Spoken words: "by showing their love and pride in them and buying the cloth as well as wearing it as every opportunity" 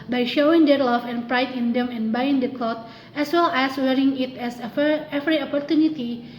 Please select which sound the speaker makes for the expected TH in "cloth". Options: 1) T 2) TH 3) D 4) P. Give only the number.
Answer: 1